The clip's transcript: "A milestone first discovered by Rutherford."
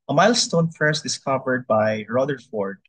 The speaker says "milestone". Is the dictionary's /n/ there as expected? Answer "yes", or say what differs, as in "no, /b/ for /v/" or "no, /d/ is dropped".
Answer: yes